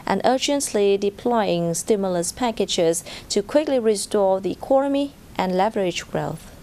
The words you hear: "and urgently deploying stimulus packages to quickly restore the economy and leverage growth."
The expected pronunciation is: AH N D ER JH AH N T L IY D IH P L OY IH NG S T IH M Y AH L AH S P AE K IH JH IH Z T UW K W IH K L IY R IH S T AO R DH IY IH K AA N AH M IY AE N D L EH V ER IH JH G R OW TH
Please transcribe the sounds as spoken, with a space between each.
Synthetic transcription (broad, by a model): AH N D ER JH AH N T L IY D IH P L OY IH NG S T IH M Y AH L AH S P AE K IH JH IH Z T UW K W IH K L IY R IH S T AO R DH IY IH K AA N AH M IY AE N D L EH V ER IH JH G R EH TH